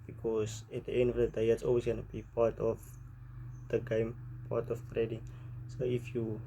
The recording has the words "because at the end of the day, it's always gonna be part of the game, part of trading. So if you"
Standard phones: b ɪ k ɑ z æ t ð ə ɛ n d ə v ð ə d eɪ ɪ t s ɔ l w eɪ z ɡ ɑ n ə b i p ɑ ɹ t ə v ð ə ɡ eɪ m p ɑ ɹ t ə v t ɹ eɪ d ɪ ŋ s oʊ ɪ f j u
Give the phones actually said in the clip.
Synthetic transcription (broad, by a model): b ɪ k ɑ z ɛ t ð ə ɛ n d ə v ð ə d eɪ ɪ t s ɔ l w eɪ s ɡ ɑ n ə b i p ɑ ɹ t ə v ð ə ɡ eɪ m p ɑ t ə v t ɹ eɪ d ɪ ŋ s oʊ ɪ f j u